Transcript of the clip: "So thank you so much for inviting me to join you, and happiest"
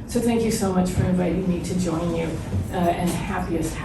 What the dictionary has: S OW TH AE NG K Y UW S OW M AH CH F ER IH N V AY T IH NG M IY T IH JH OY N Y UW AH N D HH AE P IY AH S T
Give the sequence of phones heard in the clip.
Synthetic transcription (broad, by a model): S OW TH AE NG K Y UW S OW M AH CH F ER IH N V AY T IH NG M IY T IH JH OY N Y UW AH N HH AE P IY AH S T